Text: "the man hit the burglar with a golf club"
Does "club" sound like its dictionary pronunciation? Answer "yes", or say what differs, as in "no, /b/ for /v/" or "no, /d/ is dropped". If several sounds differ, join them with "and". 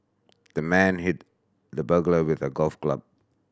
yes